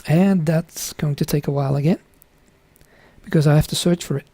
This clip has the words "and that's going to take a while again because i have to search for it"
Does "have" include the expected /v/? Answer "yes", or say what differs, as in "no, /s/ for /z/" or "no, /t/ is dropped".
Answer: no, /f/ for /v/